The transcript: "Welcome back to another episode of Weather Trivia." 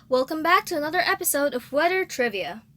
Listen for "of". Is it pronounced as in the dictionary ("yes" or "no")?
yes